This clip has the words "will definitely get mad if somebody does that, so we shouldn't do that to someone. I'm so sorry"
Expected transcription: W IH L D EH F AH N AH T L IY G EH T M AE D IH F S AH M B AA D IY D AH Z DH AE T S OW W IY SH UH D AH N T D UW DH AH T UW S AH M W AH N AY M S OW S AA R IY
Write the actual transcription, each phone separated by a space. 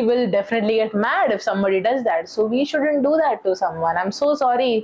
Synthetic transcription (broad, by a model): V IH L D EH F AH N AH T L IY G EH T M AE D IH F S AH M B AA D IY D AH Z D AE T S OW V IY SH UH D AH N T D UW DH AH T UW S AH M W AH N AY M S OW S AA R IY